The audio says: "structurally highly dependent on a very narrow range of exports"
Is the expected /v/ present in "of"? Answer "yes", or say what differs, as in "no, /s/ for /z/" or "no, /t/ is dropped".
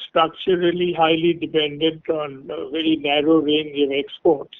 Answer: yes